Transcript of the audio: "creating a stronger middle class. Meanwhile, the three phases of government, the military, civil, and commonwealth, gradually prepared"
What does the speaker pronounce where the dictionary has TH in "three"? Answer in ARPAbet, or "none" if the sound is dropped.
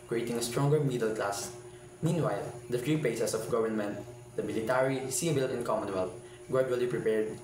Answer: F